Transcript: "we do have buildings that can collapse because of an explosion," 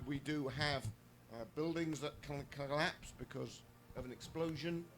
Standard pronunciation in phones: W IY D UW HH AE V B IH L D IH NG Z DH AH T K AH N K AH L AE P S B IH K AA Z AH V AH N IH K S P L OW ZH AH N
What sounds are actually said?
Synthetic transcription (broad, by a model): W IY D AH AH V B IH L D IH NG Z DH AH T K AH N K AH L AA P S B IH K AA Z AH V AH N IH K S P L OW ZH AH N